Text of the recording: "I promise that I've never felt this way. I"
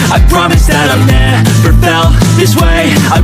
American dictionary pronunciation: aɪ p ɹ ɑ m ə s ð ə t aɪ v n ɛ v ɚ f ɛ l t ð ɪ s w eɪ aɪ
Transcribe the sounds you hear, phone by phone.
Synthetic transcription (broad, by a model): aɪ p ɹ ɑ m ə s ð ə t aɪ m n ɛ p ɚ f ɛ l ð ɪ s w eɪ aɪ